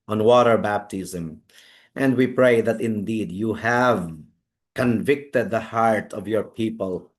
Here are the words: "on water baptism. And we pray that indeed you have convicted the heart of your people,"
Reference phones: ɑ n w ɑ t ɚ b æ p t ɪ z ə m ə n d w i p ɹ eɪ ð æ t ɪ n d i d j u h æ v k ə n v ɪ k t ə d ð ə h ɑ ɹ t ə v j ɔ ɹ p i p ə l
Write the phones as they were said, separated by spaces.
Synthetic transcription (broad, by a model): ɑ n w ɑ t ɚ b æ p t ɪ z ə m ə n d w i p ɹ eɪ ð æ t ɪ n d i d j u h æ v k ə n v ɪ k t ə d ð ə h ɑ ɹ t ə v j ɔ ɹ p i p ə l